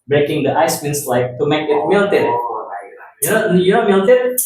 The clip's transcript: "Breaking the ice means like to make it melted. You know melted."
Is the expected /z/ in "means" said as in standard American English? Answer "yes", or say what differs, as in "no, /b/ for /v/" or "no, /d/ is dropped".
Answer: no, /s/ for /z/